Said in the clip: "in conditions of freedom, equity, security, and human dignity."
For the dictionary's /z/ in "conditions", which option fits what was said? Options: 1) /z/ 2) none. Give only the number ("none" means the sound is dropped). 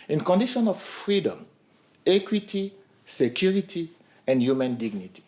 2